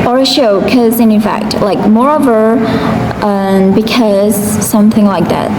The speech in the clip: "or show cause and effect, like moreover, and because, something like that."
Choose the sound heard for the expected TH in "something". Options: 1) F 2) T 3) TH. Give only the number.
3